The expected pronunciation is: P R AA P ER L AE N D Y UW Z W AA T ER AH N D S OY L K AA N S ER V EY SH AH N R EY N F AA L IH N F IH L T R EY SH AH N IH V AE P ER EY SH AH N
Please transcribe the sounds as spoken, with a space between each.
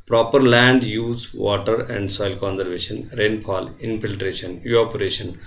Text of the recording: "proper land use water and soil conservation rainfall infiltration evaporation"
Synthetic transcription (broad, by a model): P R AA P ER L AE N D Y UW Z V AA T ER AH N D S OY L K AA N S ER V EY SH AH N R EY N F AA L IH N F IH L T R EY SH AH N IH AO P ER EY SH AH N